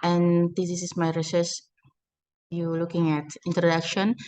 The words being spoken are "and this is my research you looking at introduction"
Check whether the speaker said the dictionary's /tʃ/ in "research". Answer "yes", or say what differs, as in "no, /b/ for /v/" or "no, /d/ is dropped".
no, /s/ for /tʃ/